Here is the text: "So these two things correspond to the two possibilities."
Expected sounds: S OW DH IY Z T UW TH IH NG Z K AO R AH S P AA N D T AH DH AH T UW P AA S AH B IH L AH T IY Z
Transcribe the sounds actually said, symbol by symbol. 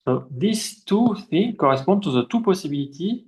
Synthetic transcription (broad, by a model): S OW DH IY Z T UW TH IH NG K AO R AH S P AA D T AH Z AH T UW P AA S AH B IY L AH T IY